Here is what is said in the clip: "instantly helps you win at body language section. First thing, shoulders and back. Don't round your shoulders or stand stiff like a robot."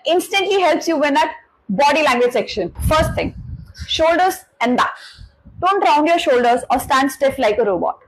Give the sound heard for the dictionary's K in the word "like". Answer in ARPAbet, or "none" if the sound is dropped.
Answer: K